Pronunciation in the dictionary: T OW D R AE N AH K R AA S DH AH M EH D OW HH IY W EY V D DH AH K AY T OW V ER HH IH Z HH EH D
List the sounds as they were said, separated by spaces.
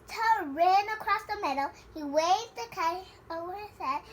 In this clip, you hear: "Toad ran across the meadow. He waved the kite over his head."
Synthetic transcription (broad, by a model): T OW R AE N AH K R AA S DH AH M EH D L HH IY W EY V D DH AH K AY OW W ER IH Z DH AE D